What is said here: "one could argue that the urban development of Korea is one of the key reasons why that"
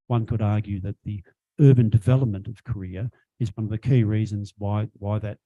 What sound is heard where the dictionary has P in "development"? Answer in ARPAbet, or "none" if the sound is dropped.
P